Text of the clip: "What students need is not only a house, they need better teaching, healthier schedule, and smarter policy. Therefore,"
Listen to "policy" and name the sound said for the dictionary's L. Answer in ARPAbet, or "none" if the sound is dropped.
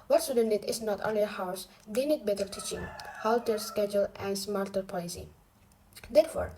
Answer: none